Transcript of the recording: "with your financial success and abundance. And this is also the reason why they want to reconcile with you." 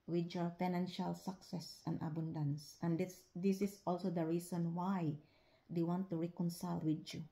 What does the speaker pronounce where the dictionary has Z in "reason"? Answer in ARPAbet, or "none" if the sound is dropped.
S